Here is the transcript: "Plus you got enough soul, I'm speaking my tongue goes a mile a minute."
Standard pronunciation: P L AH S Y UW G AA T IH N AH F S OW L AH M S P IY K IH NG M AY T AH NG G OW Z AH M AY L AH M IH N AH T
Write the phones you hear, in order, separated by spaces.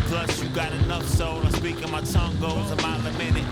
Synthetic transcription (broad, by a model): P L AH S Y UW G AA T IH N AH F S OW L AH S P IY K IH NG M AY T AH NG G OW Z AH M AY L AH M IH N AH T